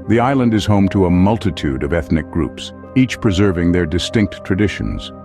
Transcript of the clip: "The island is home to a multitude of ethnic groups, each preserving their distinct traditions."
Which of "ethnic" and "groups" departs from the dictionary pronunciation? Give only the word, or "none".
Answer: none